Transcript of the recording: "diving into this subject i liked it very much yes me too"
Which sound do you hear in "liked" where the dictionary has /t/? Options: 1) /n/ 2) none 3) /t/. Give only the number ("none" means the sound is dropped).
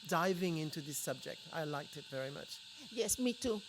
3